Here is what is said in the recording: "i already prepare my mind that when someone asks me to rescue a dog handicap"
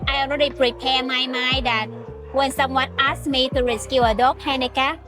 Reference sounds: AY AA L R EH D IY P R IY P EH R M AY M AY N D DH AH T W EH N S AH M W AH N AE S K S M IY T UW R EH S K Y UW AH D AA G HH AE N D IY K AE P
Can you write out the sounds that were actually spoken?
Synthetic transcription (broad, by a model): AY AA N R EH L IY P R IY P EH M AY M AY D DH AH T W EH N S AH M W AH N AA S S M IY T UW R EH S K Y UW AH D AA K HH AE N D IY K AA